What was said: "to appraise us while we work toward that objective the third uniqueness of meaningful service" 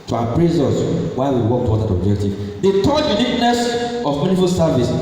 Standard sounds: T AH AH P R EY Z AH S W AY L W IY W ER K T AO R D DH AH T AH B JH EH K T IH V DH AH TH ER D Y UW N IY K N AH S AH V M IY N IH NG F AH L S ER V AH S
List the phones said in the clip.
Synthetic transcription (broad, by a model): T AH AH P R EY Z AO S W AY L W IY W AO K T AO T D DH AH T AH B JH EH K T IH V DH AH T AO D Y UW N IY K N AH S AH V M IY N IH F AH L S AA V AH S